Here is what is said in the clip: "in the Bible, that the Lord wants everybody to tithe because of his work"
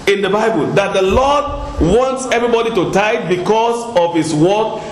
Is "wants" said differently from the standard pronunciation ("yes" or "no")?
no